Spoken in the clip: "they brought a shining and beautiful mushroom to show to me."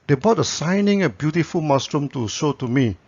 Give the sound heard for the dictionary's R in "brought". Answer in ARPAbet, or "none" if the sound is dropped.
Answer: none